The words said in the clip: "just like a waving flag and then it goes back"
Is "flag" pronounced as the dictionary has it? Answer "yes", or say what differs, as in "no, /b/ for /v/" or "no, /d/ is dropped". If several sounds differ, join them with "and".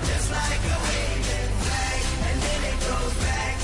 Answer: no, /ɡ/ is dropped